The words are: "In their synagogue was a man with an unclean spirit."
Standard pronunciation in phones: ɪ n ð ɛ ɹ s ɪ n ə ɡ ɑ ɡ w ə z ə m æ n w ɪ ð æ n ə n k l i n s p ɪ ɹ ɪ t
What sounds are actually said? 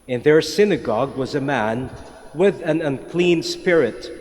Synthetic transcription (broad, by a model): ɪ n ð ɛ ɹ s ɪ n ə ɡ ɑ ɡ w ə z ə m æ n w ɪ ð æ n ə n k l i n s p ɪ ɹ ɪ t